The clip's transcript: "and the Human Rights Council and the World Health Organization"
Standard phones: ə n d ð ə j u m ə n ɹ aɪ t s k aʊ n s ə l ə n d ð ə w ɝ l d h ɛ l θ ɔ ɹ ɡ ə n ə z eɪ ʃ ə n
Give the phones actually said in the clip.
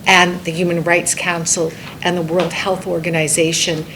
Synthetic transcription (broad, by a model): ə n ð ə j u m ə n ɹ aɪ t s k aʊ n s l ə n ð ə w ɝ l d h ɛ l θ ɔ ɹ ɡ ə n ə z eɪ ʃ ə n